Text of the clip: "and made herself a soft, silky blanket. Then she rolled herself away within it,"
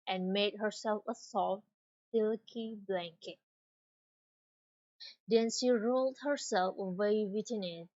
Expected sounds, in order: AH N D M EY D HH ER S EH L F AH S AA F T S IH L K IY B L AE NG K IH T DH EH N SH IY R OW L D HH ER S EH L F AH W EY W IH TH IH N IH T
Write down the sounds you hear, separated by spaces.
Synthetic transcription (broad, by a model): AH N M EY D HH ER S EH L F AH S AA F T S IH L K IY B L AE NG K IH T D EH N SH IY R OW L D HH ER S EH L F AH W EY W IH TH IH N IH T